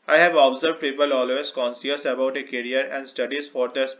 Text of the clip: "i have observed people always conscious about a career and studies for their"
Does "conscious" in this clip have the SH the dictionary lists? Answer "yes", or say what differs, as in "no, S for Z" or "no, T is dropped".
no, S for SH